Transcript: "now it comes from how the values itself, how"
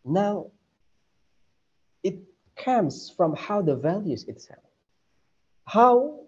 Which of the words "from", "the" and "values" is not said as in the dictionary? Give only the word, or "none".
none